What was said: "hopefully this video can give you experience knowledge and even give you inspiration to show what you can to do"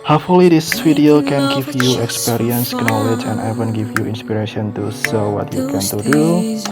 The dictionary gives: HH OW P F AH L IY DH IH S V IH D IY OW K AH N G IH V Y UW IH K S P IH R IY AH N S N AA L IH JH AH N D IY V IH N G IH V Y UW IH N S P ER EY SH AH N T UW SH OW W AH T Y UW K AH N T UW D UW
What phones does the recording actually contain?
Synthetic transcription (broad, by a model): HH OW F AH L IY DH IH S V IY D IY OW K AH N G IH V Y UW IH K S P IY R IY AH N S N AA L IH JH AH N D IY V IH N G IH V Y UW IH N S P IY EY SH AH N T UW S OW W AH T Y UW K AH N T UW D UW